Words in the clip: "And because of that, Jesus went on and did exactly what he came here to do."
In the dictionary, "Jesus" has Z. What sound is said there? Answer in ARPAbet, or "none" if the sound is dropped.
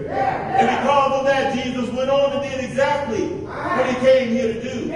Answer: Z